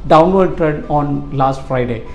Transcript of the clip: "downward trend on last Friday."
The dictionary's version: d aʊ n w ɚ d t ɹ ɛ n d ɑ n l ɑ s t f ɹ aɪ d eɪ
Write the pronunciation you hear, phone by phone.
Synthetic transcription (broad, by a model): d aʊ n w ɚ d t ɹ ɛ d ɑ n l ɑ s t f ɹ aɪ d eɪ